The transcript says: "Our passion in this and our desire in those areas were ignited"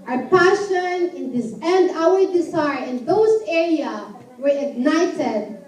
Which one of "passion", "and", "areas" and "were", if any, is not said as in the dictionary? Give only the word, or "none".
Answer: areas